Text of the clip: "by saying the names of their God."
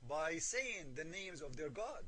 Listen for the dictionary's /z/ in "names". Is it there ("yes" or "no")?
yes